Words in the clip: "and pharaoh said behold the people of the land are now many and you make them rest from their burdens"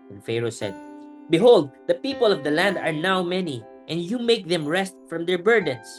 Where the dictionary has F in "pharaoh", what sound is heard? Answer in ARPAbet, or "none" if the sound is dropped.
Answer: F